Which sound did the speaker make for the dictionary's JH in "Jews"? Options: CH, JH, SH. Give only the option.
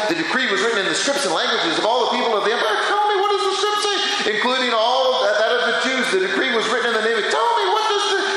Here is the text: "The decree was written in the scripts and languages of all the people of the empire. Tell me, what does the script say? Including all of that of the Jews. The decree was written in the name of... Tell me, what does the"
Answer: CH